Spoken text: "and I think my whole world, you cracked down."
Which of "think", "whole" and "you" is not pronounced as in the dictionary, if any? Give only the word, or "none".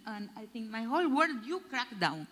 think